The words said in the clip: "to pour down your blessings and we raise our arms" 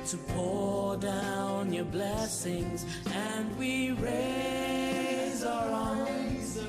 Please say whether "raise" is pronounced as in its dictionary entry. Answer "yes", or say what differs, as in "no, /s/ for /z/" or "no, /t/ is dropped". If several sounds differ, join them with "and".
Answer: yes